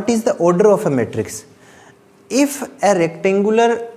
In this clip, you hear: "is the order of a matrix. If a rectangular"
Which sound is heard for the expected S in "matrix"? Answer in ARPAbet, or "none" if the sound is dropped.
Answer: S